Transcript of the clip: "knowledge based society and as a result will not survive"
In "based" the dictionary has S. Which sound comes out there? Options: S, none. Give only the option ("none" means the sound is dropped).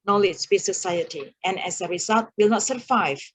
none